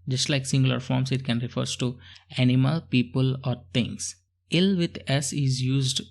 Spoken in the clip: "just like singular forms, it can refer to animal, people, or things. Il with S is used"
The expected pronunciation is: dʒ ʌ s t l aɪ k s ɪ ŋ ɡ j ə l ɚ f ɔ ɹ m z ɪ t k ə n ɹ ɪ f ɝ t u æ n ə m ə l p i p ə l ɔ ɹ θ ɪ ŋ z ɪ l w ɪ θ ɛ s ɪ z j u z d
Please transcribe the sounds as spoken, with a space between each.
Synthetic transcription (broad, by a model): dʒ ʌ s t l aɪ k s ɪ ŋ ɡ l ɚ f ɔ ɹ m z ɪ t k ə n ɹ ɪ f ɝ t u æ n ə m ə l p i p ə l ɔ ɹ t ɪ ŋ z ɪ l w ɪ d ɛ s ɪ z j u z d